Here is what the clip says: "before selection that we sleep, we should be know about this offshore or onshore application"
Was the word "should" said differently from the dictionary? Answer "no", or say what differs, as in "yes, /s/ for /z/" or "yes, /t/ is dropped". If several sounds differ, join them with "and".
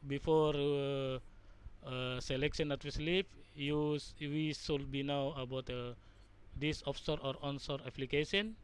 yes, /s/ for /ʃ/